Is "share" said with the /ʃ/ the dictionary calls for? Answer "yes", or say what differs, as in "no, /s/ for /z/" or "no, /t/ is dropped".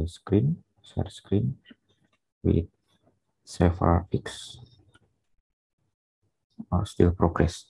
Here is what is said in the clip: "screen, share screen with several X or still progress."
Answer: no, /s/ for /ʃ/